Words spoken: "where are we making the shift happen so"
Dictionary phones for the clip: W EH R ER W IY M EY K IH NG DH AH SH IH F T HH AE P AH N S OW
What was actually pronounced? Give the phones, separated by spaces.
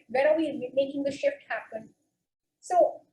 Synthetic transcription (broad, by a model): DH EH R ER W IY M EY K IH NG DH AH SH IH F T HH AE P AH N S OW